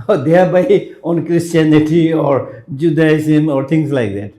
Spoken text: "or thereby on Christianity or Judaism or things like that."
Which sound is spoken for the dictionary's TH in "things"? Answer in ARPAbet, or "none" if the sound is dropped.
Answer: T